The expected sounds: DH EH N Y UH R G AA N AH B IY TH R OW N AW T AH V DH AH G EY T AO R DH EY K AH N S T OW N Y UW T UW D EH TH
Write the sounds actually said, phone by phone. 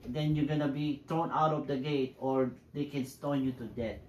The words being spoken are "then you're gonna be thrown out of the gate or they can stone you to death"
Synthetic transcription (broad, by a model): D EH N Y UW G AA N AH B IY T R OW N AW T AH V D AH G EY T AO R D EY K AH N S T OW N Y UW T UW D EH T